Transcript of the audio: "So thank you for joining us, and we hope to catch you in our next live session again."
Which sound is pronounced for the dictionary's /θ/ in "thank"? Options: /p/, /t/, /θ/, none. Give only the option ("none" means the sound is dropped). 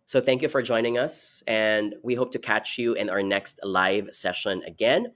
/θ/